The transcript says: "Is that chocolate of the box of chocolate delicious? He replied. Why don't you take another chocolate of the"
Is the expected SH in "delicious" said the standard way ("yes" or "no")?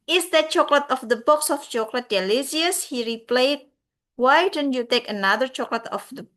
no